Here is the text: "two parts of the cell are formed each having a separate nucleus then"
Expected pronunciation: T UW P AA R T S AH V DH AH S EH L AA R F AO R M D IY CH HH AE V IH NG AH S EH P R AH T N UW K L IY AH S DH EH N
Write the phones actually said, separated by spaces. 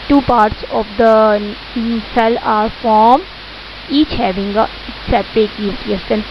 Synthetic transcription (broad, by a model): T UW P AA R T S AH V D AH S EH L AA R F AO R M IY CH HH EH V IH NG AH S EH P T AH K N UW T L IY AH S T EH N